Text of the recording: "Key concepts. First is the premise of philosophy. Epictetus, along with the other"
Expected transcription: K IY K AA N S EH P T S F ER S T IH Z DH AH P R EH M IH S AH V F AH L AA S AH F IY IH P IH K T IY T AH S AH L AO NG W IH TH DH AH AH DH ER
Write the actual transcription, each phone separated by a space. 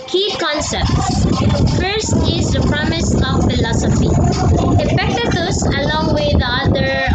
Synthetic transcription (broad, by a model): K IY K AA N S EH P T S F ER S T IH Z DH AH P R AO M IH S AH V F AH L AA S AH F IY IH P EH K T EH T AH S AH L AO NG W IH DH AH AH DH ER